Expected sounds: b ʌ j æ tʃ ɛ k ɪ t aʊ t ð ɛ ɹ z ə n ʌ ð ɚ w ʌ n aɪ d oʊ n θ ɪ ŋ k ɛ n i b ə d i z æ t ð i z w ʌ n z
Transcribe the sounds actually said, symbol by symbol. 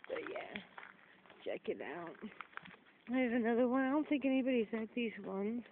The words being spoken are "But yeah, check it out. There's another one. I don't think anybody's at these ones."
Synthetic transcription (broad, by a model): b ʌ j æ tʃ ɛ k ɪ t aʊ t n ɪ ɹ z ə n ʌ ð ɚ w ʌ n aɪ d oʊ n θ ɪ ŋ k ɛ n i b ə d i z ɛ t ð i z w ʌ n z